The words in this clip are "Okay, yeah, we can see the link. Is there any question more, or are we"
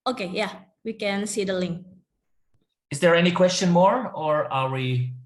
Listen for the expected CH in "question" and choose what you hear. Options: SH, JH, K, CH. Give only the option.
CH